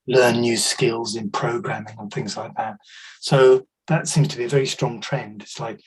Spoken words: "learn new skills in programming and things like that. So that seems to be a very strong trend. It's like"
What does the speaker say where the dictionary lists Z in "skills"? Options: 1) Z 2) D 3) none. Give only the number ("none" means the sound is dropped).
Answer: 1